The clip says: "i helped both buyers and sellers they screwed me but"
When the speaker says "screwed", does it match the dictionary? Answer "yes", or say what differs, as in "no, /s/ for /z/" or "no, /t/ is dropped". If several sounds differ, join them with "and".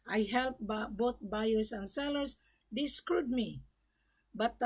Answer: yes